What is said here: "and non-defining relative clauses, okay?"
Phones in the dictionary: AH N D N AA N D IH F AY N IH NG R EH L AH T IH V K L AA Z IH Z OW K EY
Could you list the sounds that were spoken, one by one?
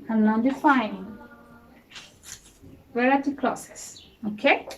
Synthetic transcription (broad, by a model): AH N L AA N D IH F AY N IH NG W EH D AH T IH K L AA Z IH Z OW K EY